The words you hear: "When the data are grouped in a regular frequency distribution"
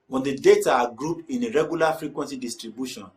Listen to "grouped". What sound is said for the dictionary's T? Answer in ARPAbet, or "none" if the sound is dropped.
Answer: none